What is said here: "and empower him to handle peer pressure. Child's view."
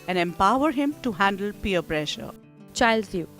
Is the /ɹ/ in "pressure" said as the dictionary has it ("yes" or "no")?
yes